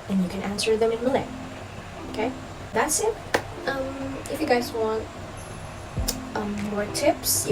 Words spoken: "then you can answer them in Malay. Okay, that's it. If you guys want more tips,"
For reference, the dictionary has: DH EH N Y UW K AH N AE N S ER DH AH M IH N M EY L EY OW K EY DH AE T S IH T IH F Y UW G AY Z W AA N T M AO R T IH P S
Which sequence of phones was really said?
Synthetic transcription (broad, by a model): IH N Y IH K AH N AE N S ER DH AH M IH N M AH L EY OW K EY DH AE T S IH T IH F Y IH G AY Z W AA N T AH AO R T IH P S